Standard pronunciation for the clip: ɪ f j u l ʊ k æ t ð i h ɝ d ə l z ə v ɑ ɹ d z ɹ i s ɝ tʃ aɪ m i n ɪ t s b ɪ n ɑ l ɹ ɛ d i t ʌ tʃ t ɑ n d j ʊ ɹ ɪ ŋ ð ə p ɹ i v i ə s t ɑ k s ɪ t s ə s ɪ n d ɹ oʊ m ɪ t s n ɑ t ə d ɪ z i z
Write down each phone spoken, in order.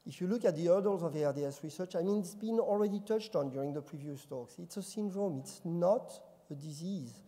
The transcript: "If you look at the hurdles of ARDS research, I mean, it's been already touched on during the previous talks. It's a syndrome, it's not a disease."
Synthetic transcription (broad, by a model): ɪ f j u l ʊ k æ t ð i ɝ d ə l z ə v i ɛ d s ɹ i s ɝ tʃ aɪ m i n ɪ t s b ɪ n ɑ l ɹ ɛ d i t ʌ tʃ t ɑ n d j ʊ ɹ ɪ ŋ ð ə p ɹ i v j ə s t ɑ k s ɪ t s ə s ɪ n d ɹ oʊ m ɪ t s n ɑ t ə d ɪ z i z